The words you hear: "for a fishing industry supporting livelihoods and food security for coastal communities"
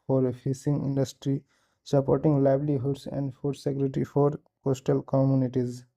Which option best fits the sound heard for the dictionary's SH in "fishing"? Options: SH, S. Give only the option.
S